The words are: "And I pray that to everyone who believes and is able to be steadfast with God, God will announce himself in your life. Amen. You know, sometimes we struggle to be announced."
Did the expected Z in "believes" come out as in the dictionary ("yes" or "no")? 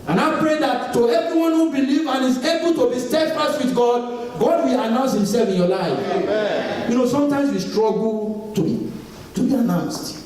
no